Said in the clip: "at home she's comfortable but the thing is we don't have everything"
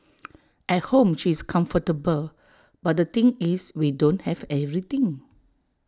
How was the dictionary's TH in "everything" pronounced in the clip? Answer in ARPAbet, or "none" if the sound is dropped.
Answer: T